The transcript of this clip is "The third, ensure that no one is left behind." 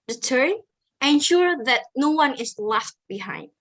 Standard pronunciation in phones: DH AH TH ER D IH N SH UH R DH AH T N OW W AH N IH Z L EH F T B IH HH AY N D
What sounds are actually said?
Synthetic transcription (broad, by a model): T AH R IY IH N SH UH R DH AH T N OW W AH N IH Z L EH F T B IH HH AY N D